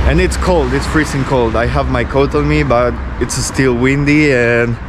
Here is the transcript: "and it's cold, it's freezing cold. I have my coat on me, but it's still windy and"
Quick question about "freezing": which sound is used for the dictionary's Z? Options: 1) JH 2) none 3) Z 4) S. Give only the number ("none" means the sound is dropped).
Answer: 4